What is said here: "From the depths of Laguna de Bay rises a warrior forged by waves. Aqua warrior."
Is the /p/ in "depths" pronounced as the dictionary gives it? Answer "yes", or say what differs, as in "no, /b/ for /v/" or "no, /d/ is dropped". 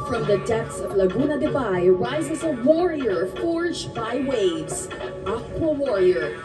no, /p/ is dropped